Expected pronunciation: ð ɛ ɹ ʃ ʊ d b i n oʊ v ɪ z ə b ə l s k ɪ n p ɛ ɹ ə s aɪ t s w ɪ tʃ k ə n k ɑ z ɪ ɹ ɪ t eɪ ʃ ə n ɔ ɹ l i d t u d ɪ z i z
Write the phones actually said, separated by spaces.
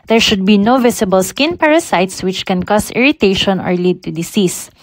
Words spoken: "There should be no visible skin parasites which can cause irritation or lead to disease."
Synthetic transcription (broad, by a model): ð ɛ ɹ ʃ ʊ d b i n oʊ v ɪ s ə b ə l s k ɪ n p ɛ ɹ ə s aɪ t s w ɪ tʃ k ə n k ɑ s ɪ ɹ ɪ t eɪ ʃ ə n ɔ ɹ l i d t u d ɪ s i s